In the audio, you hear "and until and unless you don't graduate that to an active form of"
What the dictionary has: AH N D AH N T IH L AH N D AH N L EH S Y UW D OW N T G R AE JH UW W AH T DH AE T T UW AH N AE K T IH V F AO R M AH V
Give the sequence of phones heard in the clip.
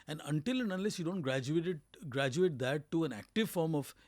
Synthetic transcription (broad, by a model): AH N D AH N T IH L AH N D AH L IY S Y UW D OW N T G R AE JH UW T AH T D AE T T UW AH N AE K T IH V F AO R M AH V